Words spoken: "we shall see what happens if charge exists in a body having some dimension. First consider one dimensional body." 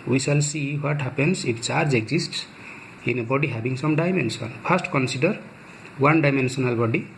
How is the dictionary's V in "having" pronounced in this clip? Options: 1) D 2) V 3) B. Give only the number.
3